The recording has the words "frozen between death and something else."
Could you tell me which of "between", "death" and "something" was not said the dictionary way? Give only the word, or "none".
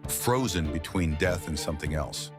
none